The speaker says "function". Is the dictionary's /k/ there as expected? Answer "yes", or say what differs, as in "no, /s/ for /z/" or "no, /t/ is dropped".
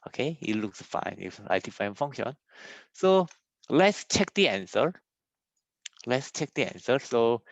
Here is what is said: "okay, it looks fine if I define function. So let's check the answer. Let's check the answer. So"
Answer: no, /k/ is dropped